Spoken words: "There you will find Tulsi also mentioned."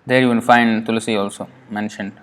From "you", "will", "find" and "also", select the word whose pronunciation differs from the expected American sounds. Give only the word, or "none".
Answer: will